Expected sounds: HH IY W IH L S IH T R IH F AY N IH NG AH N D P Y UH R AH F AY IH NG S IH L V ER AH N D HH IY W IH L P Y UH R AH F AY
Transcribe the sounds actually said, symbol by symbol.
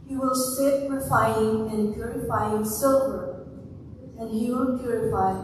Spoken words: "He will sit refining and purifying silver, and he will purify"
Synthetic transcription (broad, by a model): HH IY W IH L S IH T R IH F AY IH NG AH N P Y UH R AH F AY IH NG S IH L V ER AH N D HH IY W IH L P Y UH R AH F AY